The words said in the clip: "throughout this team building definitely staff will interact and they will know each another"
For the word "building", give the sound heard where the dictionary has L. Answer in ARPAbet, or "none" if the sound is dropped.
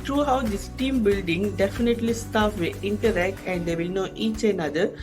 L